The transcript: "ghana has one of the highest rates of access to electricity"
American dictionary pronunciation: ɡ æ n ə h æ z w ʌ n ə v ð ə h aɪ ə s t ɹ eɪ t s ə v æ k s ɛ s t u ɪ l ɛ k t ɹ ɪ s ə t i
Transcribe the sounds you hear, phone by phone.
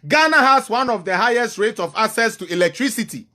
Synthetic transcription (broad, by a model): ɡ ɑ n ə h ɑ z w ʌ n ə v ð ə h aɪ ə s t ɹ eɪ t ə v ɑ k s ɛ s t u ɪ l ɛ k t ɹ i s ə t i